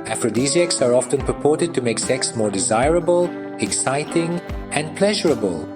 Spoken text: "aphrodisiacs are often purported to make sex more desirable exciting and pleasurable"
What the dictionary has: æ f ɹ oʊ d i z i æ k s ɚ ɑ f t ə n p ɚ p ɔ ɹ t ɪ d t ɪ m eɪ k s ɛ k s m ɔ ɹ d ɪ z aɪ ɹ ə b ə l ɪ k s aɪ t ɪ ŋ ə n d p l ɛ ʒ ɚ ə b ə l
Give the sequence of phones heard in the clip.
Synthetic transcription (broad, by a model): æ f ɹ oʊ d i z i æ k s ɚ ɑ f t ə n p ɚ p ɔ ɹ t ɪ d t ɪ m eɪ k s ɛ k s m ɔ ɹ d ɪ z aɪ ɹ ə b ə l ɪ k s aɪ t ɪ ŋ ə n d p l ɛ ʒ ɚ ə b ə l